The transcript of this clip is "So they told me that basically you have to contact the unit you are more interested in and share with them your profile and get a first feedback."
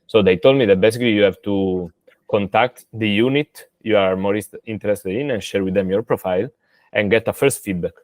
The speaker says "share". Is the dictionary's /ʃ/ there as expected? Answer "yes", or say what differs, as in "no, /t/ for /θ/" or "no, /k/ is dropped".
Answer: yes